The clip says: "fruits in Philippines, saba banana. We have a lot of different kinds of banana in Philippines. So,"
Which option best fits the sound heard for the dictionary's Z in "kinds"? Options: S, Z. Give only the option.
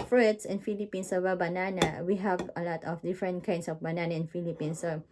S